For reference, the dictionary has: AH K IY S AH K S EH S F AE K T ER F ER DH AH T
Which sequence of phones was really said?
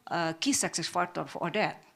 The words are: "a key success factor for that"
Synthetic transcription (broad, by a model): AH K IY S AH K S EH S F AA T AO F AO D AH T